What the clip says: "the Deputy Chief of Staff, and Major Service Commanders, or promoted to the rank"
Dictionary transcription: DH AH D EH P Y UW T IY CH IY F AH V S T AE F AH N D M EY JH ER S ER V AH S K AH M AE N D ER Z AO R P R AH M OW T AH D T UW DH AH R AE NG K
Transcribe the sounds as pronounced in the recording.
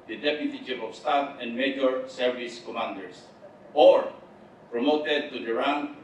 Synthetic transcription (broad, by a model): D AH D EH P Y UW T IY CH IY P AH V S T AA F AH N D M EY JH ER S ER V AH S K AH M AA N D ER S AO R P R AH M OW T AH D T UW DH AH R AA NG